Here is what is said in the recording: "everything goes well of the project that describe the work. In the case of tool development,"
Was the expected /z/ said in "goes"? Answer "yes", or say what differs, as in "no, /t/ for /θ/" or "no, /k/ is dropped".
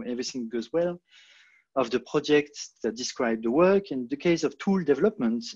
yes